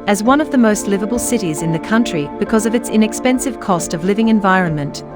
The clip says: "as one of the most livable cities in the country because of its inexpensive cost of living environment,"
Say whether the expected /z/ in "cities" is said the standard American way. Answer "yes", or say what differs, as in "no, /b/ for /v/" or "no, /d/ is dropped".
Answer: yes